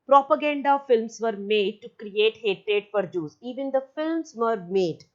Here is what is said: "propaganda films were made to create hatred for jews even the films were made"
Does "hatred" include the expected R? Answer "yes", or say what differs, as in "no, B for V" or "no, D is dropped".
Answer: yes